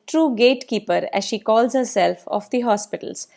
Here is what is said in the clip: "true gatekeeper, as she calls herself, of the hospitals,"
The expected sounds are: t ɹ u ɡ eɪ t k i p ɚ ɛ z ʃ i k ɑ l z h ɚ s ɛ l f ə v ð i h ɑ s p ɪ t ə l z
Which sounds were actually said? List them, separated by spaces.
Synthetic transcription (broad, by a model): t ɹ u ɡ eɪ t k i p ɚ ɛ z ʃ i k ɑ l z h ɚ s ɛ l f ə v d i h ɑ s p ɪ t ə l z